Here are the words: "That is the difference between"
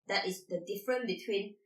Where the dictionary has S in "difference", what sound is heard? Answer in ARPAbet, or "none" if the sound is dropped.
none